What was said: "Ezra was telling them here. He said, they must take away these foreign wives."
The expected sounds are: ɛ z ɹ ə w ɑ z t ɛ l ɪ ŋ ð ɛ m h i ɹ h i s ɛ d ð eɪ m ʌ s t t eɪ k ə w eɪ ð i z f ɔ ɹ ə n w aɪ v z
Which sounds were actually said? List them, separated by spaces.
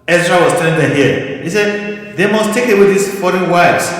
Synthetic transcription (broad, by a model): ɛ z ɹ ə w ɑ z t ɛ n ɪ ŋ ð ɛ h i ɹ h i s ɛ d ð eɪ m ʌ s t t eɪ k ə w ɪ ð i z f ɔ ɹ ə n w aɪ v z